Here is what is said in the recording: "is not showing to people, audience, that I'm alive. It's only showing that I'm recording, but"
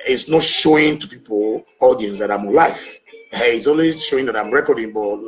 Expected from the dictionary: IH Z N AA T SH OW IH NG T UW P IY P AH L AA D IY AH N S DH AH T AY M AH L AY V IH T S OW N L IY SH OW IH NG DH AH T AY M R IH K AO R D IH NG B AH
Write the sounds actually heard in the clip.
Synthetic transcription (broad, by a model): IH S N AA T SH OW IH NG T UW P IY P AH L AA D IY AH N S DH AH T AY M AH L AY F IH T S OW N W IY SH OW IH NG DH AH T AY M R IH K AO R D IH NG B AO